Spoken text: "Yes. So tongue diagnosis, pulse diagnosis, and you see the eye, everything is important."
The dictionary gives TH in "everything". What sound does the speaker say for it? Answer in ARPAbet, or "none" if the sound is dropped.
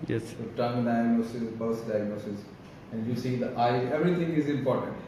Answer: T